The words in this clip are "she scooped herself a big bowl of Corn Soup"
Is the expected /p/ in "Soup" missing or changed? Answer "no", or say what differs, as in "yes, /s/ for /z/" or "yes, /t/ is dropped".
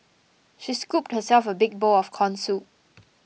yes, /p/ is dropped